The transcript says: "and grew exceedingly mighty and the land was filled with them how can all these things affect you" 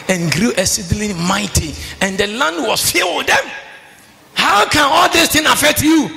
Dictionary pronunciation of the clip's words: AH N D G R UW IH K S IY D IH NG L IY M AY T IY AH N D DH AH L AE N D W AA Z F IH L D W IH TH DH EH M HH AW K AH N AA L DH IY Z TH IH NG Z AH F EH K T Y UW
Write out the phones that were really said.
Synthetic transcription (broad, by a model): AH N G R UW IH S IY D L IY M AY T IY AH N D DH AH L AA N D W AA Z F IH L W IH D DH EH M HH AW K AH N AA L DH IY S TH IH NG AH F EH K T Y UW